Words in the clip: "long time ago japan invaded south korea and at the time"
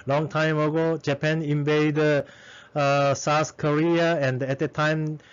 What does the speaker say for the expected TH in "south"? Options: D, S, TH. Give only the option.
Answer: S